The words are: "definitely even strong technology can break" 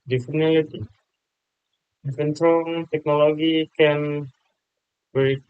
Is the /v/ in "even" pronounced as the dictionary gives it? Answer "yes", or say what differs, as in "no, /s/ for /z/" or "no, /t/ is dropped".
no, /f/ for /v/